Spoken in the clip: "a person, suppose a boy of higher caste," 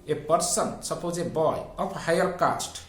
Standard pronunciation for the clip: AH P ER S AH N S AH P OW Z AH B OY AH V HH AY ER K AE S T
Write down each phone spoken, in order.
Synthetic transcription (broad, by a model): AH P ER S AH N S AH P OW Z AH B OY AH P HH AY ER K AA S T